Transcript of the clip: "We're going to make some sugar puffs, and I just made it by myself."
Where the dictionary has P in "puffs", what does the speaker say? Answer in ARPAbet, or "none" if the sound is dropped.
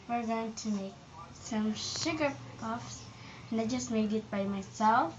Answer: P